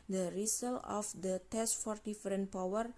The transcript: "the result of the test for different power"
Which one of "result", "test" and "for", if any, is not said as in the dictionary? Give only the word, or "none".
result